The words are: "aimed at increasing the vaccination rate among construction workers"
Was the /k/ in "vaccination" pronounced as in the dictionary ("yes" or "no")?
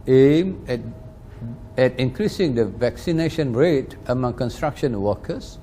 yes